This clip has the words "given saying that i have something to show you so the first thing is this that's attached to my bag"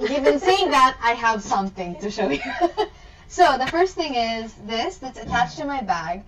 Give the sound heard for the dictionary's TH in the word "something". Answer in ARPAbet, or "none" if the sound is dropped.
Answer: TH